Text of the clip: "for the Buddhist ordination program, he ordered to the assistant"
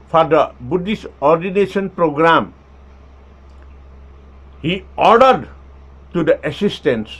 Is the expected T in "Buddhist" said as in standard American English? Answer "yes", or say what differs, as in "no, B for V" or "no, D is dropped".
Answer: no, T is dropped